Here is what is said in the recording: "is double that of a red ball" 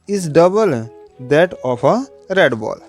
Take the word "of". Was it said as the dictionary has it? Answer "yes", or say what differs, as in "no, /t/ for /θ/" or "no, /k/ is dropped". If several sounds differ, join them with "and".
no, /p/ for /v/